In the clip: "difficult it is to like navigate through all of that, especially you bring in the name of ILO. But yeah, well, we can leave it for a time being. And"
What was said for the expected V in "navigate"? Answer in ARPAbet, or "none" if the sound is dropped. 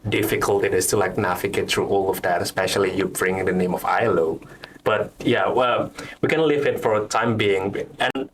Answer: F